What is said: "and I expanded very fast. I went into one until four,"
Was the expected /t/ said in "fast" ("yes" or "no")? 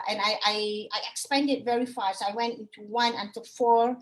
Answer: no